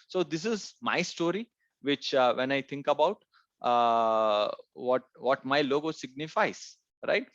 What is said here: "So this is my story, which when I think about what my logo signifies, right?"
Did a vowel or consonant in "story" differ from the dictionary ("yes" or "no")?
no